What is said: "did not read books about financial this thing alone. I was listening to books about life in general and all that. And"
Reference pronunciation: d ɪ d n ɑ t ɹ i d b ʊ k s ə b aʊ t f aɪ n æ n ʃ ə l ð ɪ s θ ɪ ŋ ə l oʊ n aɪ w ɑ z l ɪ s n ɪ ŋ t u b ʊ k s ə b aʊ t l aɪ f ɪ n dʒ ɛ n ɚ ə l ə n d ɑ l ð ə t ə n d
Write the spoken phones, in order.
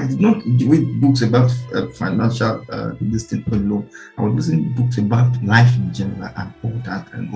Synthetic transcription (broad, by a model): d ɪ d n ɑ t w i b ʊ k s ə b aʊ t f aɪ n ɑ n ʃ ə l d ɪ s t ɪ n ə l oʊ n aɪ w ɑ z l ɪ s ɪ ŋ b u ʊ k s ə b aʊ t l aɪ f ɪ n dʒ ɛ n ɚ ə l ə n ɑ l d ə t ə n